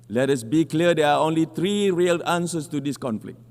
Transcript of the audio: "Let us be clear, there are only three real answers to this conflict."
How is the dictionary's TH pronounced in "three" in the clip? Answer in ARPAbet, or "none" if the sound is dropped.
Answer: T